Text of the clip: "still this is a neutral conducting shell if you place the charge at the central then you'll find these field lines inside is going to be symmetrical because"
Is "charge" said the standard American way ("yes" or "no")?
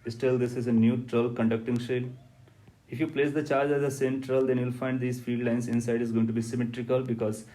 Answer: yes